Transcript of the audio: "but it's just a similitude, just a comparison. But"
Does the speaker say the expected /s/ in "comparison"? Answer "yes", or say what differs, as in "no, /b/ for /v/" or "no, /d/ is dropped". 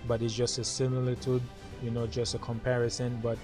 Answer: yes